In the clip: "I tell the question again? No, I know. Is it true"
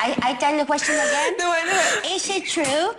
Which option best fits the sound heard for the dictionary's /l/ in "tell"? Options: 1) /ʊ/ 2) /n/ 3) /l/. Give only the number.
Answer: 2